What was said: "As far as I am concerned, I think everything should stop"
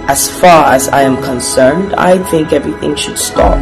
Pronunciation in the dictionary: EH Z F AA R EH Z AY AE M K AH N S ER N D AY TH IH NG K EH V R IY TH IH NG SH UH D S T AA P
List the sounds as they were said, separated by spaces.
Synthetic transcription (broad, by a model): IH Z F AA R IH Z AY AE M K AH N S ER N D AY TH IH NG K EH V R IY TH IH NG SH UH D S T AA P